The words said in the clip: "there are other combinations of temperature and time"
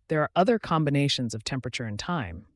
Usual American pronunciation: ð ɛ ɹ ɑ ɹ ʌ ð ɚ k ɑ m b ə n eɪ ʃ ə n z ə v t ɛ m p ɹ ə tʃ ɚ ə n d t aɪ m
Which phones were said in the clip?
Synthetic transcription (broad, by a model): ð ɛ ɹ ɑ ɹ ʌ ð ɚ k ɑ m b ə n eɪ ʃ ə n z ə v t ɛ m p ɹ ə tʃ ɚ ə n t aɪ m